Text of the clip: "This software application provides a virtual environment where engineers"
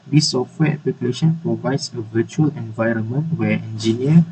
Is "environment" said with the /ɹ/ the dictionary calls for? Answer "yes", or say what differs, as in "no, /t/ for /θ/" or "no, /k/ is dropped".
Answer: yes